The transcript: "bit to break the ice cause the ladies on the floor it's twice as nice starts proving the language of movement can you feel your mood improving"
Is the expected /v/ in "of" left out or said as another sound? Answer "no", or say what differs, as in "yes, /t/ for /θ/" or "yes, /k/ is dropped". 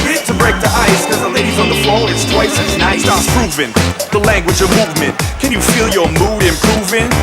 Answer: no